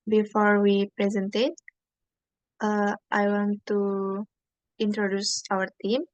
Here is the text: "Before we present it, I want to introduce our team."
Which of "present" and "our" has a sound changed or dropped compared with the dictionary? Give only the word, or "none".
none